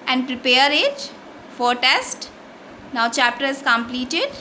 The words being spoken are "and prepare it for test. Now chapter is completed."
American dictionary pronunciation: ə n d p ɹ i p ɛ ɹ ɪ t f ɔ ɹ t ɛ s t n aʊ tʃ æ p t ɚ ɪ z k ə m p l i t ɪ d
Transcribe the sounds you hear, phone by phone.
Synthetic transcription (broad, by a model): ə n d p ɹ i p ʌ ɹ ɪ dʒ f ɔ ɹ t ɛ s t n aʊ tʃ æ p t ɚ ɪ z k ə m p l i t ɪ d